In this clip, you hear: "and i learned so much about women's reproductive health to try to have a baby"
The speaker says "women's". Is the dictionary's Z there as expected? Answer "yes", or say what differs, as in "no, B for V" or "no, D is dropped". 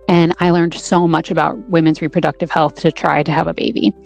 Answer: yes